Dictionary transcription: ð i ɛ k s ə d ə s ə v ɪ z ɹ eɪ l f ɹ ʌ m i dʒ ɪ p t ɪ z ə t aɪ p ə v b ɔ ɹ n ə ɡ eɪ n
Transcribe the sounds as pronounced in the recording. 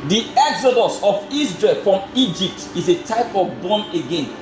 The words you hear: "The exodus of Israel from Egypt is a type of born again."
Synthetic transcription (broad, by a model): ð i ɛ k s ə d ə s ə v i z ɹ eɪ l f ɹ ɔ m i dʒ ɪ p t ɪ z ə t aɪ p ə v b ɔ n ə ɡ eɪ n